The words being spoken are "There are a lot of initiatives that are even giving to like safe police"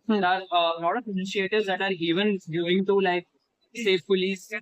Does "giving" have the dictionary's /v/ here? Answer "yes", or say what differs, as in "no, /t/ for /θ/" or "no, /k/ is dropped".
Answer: no, /v/ is dropped